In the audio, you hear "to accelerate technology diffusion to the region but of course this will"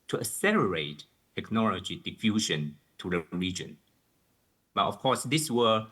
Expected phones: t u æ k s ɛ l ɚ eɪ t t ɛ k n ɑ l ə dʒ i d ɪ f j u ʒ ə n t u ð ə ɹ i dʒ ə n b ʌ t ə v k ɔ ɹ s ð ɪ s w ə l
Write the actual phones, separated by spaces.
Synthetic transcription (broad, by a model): t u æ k s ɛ l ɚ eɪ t t ɛ k n ɑ l ə dʒ i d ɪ f j u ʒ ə n t u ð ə ɹ i dʒ ə n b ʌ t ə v k ɔ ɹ s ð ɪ s w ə